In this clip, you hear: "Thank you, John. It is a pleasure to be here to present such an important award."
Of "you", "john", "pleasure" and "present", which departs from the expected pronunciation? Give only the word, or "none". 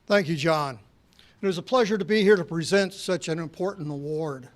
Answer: none